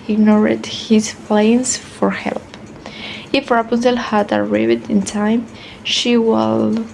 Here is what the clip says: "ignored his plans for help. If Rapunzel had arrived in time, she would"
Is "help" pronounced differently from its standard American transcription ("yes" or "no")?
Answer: no